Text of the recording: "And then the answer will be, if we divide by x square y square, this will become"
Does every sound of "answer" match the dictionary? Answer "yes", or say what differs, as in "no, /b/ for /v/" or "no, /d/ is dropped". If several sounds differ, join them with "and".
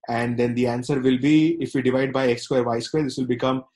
yes